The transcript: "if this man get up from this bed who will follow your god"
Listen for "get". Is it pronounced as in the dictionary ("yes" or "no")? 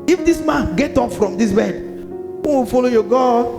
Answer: yes